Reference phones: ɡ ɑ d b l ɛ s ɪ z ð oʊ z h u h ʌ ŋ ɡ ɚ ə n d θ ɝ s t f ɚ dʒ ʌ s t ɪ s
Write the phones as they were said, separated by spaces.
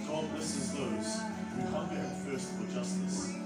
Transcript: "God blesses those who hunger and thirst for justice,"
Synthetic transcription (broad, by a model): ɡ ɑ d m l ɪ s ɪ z ð oʊ z h u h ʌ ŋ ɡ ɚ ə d f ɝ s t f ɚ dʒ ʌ s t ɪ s